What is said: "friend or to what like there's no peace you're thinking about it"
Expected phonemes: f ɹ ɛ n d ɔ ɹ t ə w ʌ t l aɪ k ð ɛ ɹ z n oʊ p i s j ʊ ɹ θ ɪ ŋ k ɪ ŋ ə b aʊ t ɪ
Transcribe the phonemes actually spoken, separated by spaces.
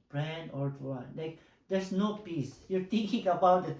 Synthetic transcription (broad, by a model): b ɹ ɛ n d ɔ ɹ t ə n l aɪ k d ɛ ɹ s n oʊ p i s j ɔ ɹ t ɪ ŋ k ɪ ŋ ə b aʊ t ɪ